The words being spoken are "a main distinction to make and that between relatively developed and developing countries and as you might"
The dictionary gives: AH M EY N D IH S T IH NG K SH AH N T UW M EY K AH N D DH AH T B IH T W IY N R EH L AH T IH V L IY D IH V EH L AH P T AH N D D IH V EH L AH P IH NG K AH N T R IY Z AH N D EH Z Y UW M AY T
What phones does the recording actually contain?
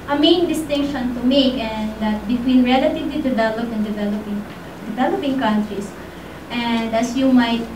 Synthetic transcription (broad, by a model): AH M EY N D IH S T IH NG K SH AH N T UW M EY K AH N D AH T B IH T W IY N R EH L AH T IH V L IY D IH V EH L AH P AH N D D IH V EH L AH P IH NG K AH N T R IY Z AH N D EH S Y UW M AY T